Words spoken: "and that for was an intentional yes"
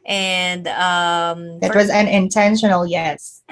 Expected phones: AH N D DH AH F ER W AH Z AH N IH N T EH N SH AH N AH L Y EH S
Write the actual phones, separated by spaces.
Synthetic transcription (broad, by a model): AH N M DH AH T W AH Z AH N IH N T EH N SH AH N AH L Y EH S